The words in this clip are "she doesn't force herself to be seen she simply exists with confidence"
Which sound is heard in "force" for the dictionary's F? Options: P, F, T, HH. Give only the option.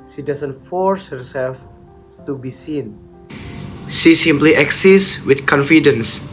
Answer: F